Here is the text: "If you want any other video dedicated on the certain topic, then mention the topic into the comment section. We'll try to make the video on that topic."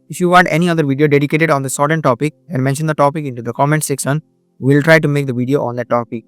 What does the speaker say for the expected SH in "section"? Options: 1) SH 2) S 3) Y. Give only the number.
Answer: 2